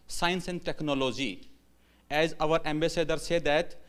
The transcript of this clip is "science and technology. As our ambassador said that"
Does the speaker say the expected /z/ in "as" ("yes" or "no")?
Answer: yes